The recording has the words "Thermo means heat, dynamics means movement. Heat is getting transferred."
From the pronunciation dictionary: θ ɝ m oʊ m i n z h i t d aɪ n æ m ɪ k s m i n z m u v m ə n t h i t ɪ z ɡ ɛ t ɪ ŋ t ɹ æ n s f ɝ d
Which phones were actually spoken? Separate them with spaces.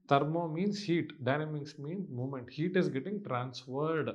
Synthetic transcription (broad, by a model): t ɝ m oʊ m i n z h i t d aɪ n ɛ m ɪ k s m i n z m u m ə n t h i t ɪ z ɡ ɛ t ɪ ŋ t ɹ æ n s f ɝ d